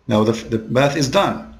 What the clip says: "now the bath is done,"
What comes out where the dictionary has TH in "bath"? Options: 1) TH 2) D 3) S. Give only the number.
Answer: 1